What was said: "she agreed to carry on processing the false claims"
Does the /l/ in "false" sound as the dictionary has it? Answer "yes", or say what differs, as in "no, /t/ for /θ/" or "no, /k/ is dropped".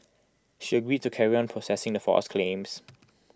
no, /l/ is dropped